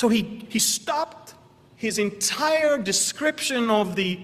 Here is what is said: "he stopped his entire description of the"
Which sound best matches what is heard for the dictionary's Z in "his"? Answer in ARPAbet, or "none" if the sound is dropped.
Z